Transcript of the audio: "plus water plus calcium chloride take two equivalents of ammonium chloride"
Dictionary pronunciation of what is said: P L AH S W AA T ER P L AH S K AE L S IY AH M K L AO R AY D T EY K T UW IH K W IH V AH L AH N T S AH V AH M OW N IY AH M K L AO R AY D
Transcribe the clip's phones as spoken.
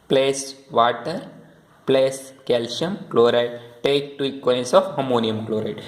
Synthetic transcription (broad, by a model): P L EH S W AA T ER P L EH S K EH L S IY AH M K L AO R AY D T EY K T UW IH K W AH AH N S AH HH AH M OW N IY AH M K L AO R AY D